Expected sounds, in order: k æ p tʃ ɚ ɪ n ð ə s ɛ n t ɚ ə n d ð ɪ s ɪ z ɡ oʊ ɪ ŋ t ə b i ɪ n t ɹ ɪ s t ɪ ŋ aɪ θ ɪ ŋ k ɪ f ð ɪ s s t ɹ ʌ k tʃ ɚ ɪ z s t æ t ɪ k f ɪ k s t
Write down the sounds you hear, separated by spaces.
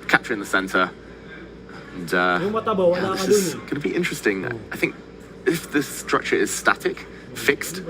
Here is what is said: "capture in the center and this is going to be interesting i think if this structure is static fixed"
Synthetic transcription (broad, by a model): k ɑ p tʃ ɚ ɪ n ð ə s ɛ n t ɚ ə n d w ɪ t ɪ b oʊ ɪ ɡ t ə b i ɪ n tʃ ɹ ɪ s t ɪ ŋ aɪ θ ɪ ŋ k ɪ f ð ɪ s s t ɹ ʌ k tʃ ɚ ɪ z s t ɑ t ɪ k f ɪ k s t